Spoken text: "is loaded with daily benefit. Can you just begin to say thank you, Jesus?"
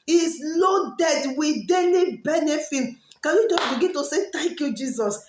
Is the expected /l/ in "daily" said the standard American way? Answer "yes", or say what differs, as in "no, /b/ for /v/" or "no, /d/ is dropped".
no, /n/ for /l/